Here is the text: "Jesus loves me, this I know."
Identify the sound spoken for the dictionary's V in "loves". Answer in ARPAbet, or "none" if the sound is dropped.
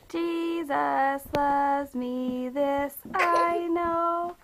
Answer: none